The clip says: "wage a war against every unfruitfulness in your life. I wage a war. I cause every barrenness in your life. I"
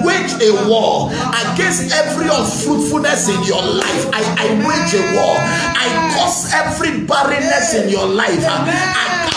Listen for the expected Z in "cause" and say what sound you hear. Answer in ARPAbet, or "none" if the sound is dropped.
S